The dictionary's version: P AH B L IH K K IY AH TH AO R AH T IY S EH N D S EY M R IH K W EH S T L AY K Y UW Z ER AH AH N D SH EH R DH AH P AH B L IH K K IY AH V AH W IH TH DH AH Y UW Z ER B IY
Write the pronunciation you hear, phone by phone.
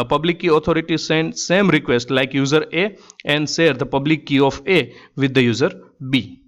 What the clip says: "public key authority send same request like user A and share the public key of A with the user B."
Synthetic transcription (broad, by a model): P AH B L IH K K IY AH T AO R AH T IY S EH N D S EY M R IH K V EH S T L AY K Y UW Z ER AH AH N D S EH R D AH P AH B L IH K K IY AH F AH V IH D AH Y UW Z ER B IY